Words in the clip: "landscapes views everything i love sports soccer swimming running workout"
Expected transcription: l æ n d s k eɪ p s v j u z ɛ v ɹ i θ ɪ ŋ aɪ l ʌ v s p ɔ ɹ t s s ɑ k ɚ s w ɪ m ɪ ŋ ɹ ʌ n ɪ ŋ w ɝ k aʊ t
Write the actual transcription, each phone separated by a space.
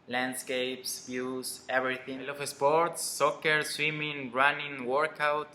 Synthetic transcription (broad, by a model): l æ n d s k eɪ p s b j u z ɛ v ɹ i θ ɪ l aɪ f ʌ s p ɔ ɹ t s s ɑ k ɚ s w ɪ m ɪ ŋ ɹ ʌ n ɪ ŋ w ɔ k aʊ t